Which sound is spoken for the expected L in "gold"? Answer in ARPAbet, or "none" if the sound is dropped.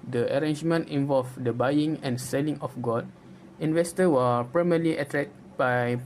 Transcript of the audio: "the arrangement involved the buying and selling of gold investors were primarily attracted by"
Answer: none